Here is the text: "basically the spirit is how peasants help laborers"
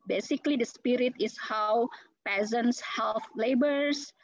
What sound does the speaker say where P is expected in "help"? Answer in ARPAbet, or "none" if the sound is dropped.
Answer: F